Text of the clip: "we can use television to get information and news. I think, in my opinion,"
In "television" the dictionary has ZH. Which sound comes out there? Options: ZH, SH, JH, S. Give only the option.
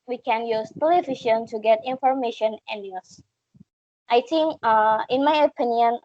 SH